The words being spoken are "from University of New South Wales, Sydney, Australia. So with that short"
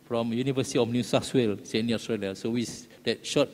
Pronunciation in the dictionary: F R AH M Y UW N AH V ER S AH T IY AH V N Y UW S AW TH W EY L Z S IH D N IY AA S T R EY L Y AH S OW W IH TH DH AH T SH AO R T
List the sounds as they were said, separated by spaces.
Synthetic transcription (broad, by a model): F R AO M Y UW N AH V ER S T IY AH F N Y UW S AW S W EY L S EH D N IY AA S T R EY L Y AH S OW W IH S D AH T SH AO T